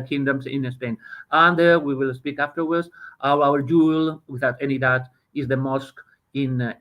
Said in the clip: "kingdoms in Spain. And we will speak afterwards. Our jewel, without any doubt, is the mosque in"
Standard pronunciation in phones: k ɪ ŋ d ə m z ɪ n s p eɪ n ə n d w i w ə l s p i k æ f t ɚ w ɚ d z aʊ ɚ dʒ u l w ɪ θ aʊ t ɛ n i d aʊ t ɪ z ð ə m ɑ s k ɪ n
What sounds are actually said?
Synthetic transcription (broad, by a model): k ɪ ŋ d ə m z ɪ n s p eɪ n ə n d w i w ə l s p i k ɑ f t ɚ w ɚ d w aʊ ɚ dʒ u l w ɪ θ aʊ t ɛ n i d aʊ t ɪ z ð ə m ɑ s k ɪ n